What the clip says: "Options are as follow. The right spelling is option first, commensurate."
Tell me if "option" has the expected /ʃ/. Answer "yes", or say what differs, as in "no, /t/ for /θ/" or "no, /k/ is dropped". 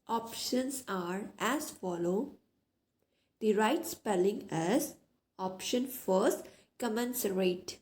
yes